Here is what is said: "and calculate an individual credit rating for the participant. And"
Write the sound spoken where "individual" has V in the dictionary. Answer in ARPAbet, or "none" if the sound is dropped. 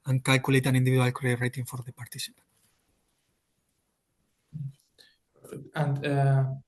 B